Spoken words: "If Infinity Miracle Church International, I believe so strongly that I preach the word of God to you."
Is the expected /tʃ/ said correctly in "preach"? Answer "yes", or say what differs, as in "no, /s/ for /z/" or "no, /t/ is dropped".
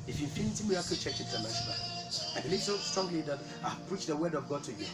yes